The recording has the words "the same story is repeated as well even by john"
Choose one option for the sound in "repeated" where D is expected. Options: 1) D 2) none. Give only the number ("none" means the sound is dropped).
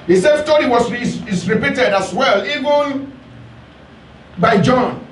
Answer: 1